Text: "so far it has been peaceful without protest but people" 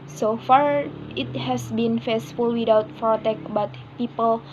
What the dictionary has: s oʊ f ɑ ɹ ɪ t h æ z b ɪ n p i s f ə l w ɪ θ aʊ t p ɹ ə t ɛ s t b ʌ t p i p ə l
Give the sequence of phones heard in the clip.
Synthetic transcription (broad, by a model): s oʊ f ɑ ɹ ɪ t h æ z b ɪ n f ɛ s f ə l w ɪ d aʊ t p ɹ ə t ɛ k b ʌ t p i p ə l